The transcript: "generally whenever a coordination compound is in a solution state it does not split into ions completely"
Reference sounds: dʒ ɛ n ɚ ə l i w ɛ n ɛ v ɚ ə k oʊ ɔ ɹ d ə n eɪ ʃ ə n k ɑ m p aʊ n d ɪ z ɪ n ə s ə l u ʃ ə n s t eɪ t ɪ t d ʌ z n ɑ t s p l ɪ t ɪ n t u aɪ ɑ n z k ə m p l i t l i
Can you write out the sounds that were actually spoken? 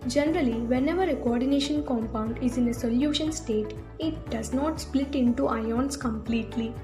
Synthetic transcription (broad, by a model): dʒ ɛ n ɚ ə l i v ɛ n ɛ v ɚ ə k oʊ ɔ ɹ d ə n eɪ ʃ ə n k ɑ m p aʊ n d ɪ z ɪ n ə s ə l u ʃ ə n s t eɪ t ɪ t d ʌ z n ɑ t s p l ɪ t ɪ n t u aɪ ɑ n s k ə m p l i t l i